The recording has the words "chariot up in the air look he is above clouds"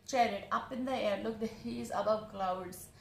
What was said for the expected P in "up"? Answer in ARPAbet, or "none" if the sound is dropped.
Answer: P